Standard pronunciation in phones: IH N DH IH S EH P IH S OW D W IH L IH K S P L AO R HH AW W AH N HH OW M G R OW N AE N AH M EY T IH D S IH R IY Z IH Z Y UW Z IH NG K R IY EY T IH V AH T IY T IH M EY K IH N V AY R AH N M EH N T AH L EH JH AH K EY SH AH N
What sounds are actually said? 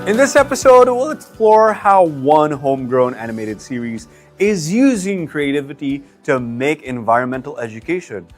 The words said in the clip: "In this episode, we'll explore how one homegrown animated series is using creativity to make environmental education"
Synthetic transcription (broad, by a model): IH N DH IH S EH P IH S OW D W IH L IH K S P L AO R HH AW W AH N HH OW M G R OW N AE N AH M EY T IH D S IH R IY Z IH Z Y UW Z IH NG K R IY EY T IH V AH T IY T IH M EY K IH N V AY R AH N M EH N T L EH JH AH K EY SH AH N